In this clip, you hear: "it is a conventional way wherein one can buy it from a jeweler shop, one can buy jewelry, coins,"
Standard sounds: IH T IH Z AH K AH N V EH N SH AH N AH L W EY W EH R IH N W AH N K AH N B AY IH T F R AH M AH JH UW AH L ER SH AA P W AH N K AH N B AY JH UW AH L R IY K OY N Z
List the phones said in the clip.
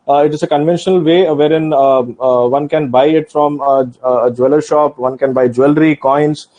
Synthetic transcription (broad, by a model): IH T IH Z AH K AH N V EH N SH AH N AH L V EY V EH R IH N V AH N K AH N B AY IH T F R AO M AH JH UW AH L ER SH AA P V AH N K AH N B AY JH UW AH L R IY K OY N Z